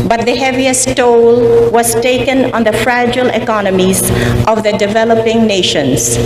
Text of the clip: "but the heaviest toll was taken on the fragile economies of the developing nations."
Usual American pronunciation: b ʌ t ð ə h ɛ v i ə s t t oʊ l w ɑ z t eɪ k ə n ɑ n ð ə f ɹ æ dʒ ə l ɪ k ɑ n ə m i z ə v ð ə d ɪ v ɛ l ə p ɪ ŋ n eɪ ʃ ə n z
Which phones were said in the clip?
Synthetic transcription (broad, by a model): b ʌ t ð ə h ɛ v i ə s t t oʊ l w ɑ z t eɪ k ə n ɑ n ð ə f ɹ æ dʒ ə l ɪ k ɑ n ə m i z ə v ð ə d ɪ v ɛ l ə p ɪ ŋ n eɪ ʃ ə n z